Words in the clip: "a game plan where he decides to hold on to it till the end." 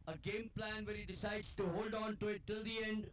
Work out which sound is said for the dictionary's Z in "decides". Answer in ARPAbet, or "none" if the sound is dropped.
none